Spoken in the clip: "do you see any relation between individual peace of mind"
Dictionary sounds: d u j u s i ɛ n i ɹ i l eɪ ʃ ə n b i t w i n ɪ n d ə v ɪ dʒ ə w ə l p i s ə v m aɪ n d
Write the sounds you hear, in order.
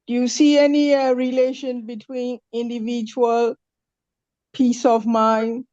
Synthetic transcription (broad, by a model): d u j u s i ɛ n i ɹ i l eɪ ʃ ə n b i t w i n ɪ n d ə v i dʒ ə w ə l p i s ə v m aɪ n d